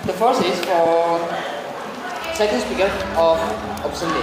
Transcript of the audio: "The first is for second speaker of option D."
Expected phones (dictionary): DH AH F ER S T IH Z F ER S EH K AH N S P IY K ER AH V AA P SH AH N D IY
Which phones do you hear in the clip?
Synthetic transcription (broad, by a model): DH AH F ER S IH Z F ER S EH K AH N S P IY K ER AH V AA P S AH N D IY